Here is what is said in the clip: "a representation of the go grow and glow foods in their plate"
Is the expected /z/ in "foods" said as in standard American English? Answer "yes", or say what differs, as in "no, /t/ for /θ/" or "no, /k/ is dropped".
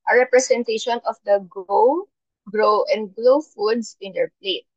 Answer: no, /s/ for /z/